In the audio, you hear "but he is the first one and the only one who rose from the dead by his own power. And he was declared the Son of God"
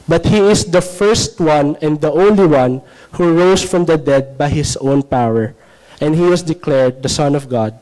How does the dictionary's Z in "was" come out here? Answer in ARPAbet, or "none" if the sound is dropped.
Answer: S